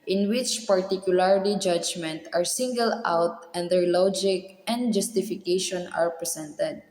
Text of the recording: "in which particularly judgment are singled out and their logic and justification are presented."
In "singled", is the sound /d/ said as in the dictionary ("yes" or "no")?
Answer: no